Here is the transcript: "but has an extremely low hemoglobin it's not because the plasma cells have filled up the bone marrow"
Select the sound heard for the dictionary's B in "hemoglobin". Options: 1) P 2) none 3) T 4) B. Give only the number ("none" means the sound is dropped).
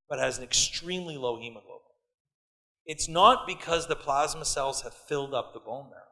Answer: 2